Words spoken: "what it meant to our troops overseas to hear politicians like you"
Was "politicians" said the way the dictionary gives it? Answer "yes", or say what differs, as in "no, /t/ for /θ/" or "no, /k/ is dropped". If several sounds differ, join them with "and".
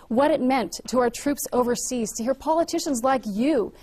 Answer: yes